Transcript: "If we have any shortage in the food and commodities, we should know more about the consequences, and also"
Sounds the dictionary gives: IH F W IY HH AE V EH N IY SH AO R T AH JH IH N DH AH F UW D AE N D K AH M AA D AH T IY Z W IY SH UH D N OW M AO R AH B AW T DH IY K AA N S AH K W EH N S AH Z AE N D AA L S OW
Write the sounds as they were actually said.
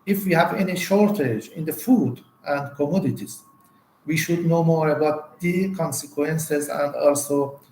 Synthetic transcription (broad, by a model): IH F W IY HH AE V EH N IY SH AO R T AH JH IH N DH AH F UW D AE N D K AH M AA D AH T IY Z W IY SH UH D N OW M AO R AH B AW T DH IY K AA N S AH K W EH N S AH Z AE N D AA L S OW